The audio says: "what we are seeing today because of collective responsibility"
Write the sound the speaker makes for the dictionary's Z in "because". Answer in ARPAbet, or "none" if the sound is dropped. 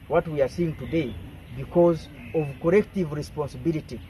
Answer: Z